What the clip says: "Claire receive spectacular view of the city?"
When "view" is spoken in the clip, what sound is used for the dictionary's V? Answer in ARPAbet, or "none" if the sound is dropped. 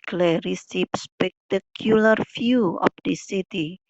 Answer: F